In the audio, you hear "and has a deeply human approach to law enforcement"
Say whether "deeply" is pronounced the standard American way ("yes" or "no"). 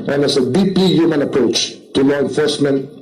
no